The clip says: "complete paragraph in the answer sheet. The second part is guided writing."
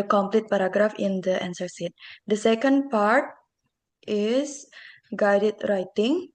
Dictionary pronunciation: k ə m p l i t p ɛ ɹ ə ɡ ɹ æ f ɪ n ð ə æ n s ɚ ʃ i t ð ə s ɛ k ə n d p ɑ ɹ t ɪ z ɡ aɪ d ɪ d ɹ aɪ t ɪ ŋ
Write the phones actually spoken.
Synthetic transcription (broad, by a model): k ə m p l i t p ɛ ɹ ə ɡ ɹ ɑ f ɪ n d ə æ n s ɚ s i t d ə s ɛ k ə n d p ɑ ɹ t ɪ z ɡ aɪ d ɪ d ɹ aɪ t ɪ ŋ